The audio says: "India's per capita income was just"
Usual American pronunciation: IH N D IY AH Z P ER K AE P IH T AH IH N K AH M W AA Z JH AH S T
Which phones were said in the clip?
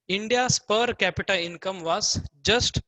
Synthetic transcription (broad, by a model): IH N D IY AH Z P ER K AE P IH T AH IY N K AH M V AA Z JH AH S T